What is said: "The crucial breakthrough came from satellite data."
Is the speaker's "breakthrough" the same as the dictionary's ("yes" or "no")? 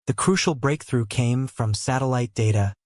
yes